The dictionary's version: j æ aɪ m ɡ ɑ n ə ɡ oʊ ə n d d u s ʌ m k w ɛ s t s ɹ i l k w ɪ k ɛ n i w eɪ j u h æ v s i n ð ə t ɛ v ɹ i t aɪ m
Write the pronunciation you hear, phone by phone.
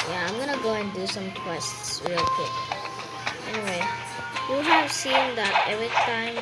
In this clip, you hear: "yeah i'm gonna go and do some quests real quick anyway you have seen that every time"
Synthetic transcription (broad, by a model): j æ aɪ m ɡ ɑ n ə ɡ oʊ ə n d d u s ʌ m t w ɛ s t s w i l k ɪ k ɛ n i w eɪ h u h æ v s i n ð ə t ɛ v ɹ i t aɪ m